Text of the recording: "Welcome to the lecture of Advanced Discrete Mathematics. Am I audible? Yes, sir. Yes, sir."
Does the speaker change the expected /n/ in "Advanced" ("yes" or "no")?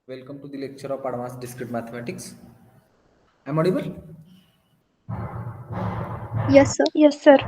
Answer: yes